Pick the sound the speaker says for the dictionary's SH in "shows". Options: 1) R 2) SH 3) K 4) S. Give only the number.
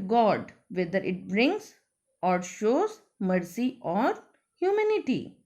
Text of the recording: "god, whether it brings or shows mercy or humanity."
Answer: 2